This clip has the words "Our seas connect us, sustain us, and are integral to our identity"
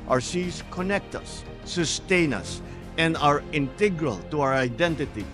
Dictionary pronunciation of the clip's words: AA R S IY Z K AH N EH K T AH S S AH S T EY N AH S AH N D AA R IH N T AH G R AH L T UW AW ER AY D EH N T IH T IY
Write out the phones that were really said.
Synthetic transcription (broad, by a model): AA R S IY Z K AH N EH K T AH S S AH S T EY N AH S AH N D AA R IH N T AH G R AH L T UW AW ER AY D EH N T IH T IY